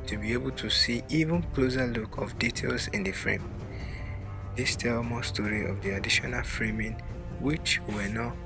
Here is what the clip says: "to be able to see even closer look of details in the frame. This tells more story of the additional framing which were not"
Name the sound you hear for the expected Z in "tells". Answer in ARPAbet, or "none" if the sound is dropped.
none